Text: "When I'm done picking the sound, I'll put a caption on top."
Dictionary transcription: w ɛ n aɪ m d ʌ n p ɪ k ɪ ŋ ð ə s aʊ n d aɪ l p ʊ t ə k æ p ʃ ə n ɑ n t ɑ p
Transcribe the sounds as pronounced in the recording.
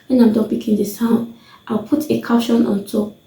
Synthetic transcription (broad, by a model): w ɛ n aɪ m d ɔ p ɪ k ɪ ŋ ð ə s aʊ n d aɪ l p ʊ t ə k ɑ ʃ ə n ɑ n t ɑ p